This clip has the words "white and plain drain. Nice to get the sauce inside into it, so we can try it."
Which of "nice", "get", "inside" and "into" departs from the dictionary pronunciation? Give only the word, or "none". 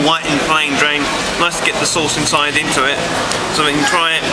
nice